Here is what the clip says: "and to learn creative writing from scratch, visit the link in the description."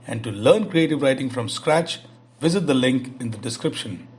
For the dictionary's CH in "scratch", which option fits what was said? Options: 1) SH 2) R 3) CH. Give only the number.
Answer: 3